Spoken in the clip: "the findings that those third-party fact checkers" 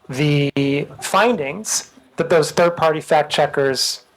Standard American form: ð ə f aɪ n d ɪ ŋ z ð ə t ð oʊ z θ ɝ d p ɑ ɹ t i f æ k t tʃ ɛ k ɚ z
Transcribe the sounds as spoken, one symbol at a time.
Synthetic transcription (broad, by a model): ð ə f aɪ n d ɪ ŋ z ð ə t ð oʊ z θ ɝ d p ɑ ɹ t i f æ k tʃ ɛ k ɚ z